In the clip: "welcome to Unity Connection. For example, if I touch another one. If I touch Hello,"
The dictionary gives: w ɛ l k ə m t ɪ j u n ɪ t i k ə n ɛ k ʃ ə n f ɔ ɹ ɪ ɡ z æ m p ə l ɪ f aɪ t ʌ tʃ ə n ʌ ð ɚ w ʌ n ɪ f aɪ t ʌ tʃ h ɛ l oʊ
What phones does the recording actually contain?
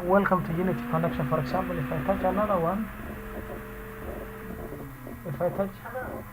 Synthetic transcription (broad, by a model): w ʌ l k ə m t ɪ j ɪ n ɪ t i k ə n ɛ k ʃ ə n f ɔ ɹ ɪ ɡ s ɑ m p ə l ɪ f aɪ t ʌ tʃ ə l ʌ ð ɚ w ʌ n ɪ f aɪ t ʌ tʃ